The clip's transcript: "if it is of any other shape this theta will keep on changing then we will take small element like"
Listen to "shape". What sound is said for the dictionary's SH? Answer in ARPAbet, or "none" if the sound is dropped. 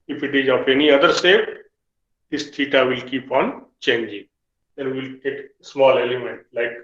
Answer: S